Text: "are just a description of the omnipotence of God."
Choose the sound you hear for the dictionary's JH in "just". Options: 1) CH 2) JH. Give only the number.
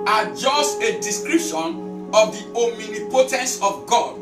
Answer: 2